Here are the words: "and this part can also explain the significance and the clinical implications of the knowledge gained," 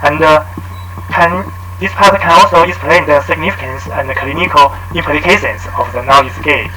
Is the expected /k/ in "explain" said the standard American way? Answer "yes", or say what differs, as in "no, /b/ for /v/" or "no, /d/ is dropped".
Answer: no, /k/ is dropped